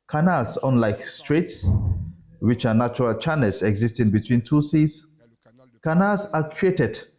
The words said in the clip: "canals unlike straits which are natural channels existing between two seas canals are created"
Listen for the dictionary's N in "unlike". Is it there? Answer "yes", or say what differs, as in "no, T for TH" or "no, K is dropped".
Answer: yes